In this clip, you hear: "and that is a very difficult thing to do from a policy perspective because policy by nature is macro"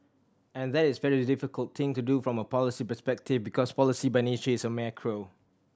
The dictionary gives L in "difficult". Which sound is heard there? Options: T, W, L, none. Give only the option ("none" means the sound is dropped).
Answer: L